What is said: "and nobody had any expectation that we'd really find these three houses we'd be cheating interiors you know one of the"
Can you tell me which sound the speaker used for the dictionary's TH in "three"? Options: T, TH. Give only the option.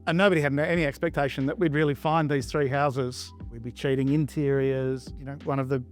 TH